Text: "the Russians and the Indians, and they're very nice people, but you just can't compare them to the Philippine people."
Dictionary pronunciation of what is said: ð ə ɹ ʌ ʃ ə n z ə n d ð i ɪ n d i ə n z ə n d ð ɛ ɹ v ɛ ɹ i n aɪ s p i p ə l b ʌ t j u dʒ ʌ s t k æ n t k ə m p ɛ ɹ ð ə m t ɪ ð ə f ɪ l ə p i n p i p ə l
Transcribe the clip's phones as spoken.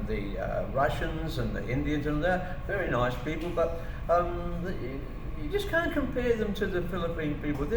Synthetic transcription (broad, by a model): ð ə ɹ ʌ ʃ ə n z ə n ð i ɪ n d i ə n z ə n ð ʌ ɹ v ɛ ɹ i n aɪ s p i p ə l b ʌ t j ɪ dʒ ʌ s k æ n k ə m p ɛ ɹ ð ə m t ɪ ð ə f ɪ l ə p i n p i p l